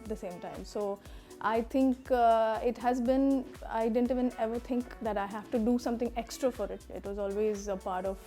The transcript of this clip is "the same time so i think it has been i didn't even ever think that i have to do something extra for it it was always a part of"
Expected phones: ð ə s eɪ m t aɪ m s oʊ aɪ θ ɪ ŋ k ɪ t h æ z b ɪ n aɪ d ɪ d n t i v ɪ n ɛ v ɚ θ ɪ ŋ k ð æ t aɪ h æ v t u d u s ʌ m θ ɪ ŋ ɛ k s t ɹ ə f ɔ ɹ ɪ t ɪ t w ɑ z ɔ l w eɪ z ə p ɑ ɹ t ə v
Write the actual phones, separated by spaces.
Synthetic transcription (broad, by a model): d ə s eɪ m t aɪ m s oʊ aɪ t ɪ ŋ k ɪ t h æ z b ɪ n aɪ d ɪ d n t i v ɪ n ɛ v ɚ t ɪ ŋ k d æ t aɪ h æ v t u d u s ʌ m t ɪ ŋ ɛ k s t ɹ ə f ɔ ɹ ɪ t ɪ t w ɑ z ɔ l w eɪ z ə p ɑ ɹ t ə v